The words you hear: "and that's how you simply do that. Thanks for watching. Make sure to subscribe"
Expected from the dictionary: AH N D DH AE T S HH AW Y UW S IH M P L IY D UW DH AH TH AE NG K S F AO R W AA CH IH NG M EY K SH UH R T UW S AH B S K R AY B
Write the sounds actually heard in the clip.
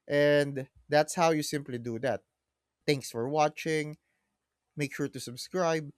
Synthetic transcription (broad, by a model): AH N D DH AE T S HH AW Y UW S IH M P L IY D UW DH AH T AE NG K S F AO R W AA CH IH NG M EY K SH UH R T UW S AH B S K R AY B